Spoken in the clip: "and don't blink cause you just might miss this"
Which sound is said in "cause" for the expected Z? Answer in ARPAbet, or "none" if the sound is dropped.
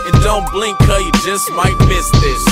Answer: none